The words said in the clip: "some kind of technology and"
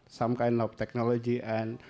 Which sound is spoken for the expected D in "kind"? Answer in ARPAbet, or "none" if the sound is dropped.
none